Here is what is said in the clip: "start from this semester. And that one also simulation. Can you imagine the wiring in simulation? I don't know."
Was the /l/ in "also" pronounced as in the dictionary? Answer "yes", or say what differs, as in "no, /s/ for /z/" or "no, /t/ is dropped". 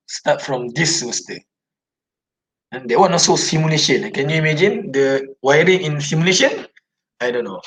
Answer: no, /l/ is dropped